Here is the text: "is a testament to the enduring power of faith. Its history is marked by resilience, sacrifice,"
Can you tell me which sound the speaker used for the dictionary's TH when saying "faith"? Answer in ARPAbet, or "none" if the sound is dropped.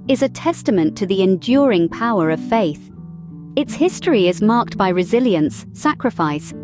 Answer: TH